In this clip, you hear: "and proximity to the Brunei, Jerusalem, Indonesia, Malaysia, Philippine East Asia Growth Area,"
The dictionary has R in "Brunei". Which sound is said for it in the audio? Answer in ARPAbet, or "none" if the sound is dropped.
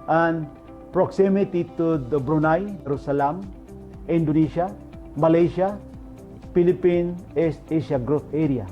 R